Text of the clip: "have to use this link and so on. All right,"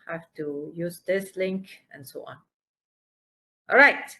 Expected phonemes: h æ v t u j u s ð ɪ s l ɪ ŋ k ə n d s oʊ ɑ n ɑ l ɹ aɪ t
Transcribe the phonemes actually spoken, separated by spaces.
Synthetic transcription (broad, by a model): h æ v t u j u s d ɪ s l ɪ ŋ k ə n s oʊ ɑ n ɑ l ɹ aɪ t